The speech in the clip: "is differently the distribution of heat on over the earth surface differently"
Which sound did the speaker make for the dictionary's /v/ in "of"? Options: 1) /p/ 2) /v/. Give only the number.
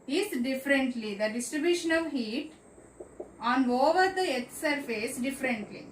2